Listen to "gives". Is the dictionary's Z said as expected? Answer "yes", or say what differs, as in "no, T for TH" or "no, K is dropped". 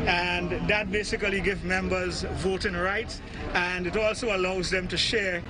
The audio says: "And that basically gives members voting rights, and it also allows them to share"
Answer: no, Z is dropped